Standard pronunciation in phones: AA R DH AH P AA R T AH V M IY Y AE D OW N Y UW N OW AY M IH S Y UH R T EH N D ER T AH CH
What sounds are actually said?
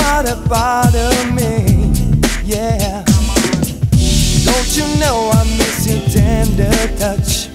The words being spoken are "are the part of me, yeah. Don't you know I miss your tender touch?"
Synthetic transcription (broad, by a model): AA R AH F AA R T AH M IY Y AE D OW N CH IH N OW AY M IH S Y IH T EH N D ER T AH CH